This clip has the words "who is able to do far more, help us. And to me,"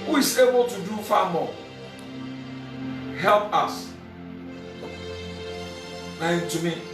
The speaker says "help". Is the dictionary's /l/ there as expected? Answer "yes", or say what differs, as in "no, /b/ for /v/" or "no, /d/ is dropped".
yes